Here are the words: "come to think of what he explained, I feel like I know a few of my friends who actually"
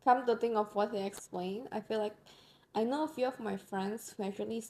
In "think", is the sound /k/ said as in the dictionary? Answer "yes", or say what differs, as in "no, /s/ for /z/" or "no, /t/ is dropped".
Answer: no, /k/ is dropped